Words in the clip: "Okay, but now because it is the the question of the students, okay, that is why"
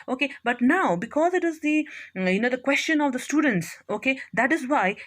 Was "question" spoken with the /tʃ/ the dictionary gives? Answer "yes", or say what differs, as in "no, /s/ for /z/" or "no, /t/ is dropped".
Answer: yes